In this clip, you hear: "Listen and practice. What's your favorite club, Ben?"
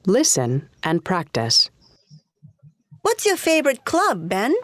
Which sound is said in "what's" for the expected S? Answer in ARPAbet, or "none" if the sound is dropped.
S